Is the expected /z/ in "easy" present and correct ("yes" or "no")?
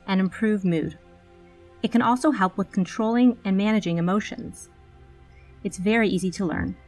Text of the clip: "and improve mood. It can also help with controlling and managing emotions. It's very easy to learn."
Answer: yes